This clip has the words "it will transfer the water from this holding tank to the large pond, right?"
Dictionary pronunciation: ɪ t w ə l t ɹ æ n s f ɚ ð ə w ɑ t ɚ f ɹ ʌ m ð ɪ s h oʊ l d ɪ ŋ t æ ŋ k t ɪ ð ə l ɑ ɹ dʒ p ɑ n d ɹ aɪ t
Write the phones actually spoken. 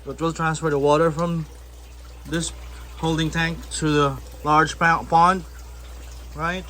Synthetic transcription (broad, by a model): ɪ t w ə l t ɹ æ n s f ɚ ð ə w ɑ t ɚ f ɹ ʌ m ð ɪ s h oʊ l d ɪ ŋ t æ ŋ k t ɪ ð ə l ɑ ɹ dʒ p ɑ n d ɹ aɪ t